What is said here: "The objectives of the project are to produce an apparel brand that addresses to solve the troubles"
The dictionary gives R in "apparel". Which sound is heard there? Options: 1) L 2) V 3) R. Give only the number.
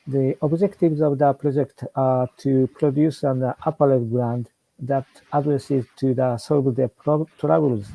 1